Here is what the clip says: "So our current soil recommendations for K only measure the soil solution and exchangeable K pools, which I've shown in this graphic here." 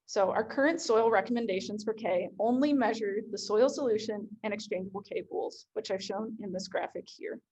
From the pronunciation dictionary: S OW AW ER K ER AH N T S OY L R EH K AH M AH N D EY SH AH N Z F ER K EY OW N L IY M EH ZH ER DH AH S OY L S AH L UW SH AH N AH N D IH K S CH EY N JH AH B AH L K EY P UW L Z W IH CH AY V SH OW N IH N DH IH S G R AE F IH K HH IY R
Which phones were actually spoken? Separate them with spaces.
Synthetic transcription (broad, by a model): S OW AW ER K ER AH N T S OY L R EH K AH M AH N D EY SH AH N Z F ER K EY OW N L IY M EH ZH ER DH AH S OY L S AH L UW SH AH N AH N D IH K S CH EY N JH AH B L K EY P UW L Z W IH CH AY V SH OW N IH N DH IH S G R AE F IH K HH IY R